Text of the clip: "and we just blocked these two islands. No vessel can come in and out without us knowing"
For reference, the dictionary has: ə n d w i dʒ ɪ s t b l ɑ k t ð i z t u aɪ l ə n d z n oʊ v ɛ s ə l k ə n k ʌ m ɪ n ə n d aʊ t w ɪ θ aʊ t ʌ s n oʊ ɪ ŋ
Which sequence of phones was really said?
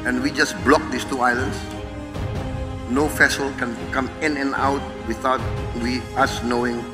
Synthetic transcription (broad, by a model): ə n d w i dʒ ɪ s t b l ɑ k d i s t u aɪ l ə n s n oʊ f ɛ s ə l k ə n k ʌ m ɪ n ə n aʊ t w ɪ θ aʊ t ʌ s n oʊ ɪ ŋ